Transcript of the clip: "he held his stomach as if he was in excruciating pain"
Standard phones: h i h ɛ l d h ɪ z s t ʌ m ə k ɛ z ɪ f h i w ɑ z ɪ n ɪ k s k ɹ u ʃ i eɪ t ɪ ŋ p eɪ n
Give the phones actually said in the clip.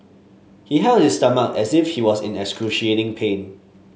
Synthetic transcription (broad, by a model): h i h ɛ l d h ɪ s t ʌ m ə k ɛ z ɪ f h i w ɑ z ɪ n ɪ k s k ɹ u ʃ i eɪ t ɪ ŋ p eɪ n